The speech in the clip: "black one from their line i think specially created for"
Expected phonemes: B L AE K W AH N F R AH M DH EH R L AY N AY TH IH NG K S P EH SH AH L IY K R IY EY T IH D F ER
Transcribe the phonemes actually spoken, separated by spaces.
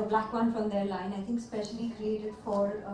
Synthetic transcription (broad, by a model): B L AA K W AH N F R AH M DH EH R L AY N AY TH IH NG K S P EH SH AH L IY K R IY EY T IH D F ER